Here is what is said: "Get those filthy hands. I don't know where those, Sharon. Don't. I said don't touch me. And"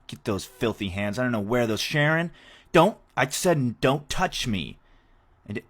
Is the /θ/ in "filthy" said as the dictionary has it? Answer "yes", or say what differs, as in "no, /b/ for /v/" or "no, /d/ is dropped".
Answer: yes